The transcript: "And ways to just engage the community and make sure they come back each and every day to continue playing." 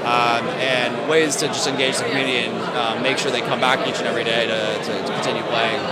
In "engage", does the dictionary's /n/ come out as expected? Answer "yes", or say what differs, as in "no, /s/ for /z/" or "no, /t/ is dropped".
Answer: yes